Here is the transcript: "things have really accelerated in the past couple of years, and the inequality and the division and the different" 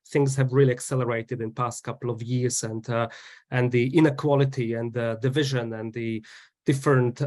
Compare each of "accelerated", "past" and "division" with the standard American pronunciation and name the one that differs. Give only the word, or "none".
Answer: none